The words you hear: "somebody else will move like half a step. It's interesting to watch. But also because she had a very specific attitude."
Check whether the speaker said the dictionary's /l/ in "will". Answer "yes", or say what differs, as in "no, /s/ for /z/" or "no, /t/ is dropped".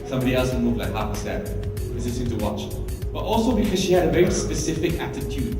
no, /n/ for /l/